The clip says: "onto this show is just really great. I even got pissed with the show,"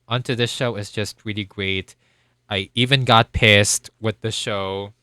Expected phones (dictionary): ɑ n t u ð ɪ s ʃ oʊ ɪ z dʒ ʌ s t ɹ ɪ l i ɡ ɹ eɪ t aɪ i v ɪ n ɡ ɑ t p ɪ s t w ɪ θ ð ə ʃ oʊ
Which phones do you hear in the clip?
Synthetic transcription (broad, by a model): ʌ n t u ð ɪ s ʃ oʊ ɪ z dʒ ʌ s t ɹ ɪ l i ɡ ɹ eɪ t aɪ i v ɪ n ɡ ɑ t p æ s t w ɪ ð ə ʃ oʊ